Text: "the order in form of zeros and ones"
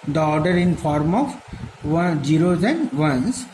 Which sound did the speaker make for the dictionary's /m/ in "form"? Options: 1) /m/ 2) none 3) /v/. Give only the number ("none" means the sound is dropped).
1